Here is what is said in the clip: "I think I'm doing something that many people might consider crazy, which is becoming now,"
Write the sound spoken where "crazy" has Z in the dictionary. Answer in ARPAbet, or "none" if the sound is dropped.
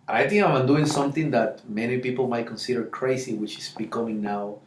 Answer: S